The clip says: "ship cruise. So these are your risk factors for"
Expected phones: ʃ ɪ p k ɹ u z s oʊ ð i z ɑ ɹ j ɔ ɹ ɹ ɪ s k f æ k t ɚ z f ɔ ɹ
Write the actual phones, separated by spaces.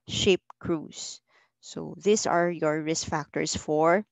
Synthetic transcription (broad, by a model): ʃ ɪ p k ɹ u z s oʊ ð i s ɑ ɹ j ɔ ɹ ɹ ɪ s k f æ k t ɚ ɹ f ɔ ɹ